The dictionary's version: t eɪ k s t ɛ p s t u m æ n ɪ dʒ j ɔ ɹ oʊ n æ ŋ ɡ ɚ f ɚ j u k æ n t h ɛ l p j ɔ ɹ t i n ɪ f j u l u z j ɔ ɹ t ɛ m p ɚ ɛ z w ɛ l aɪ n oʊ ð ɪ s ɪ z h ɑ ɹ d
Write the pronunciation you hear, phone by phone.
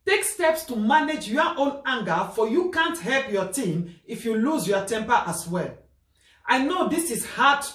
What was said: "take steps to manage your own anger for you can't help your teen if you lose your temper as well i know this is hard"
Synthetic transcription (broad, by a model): t eɪ k s t ɛ p s t u m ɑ n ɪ dʒ j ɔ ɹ oʊ n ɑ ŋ ɡ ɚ f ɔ j u k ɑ n t h ɛ l p j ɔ t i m ɪ f j u l u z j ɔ t ɛ m p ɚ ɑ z w ɛ l aɪ n oʊ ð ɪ s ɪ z h ɑ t